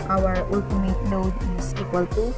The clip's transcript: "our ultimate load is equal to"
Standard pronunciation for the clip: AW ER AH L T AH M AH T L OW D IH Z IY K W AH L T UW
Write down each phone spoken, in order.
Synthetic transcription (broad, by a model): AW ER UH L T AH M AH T N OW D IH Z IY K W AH L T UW